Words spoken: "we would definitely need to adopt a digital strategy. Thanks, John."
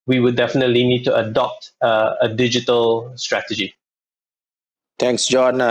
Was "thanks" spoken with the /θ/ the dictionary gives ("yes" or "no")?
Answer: no